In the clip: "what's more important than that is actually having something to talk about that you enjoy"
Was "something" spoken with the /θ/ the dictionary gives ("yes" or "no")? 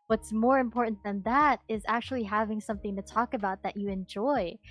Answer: yes